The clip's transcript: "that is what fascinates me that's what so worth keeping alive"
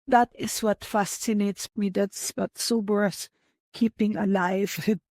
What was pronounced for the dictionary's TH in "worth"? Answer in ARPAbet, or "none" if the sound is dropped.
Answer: S